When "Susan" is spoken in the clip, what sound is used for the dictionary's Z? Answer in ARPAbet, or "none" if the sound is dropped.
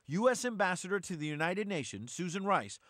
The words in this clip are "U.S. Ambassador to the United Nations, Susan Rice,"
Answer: Z